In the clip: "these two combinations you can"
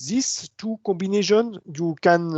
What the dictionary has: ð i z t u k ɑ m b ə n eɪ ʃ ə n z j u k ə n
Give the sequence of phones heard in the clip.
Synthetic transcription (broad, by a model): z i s t u k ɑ b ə n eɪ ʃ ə n j u k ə n